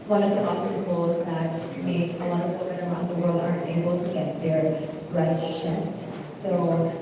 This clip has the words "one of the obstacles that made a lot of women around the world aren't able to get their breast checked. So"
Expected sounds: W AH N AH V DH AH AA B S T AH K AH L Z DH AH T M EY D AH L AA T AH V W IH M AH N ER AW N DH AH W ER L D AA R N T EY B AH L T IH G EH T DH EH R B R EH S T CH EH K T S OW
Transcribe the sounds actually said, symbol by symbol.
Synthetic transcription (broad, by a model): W AH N AH V DH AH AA S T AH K L Z DH AH T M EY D AH L AA T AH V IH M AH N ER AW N DH AH W ER L D AA R N T EY B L T IH G EH T DH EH R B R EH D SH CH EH T S OW